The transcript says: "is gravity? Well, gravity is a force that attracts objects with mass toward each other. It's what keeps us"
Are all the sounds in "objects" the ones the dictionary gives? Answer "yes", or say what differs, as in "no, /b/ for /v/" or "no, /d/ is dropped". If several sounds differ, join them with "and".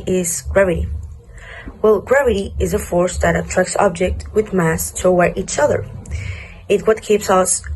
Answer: no, /s/ is dropped